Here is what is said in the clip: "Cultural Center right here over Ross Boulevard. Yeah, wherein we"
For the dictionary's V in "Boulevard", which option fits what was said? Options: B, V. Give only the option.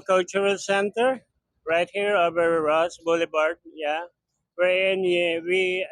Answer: B